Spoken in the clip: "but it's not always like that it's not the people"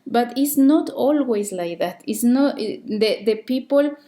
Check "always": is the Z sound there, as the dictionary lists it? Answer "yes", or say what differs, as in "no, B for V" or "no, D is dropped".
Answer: no, S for Z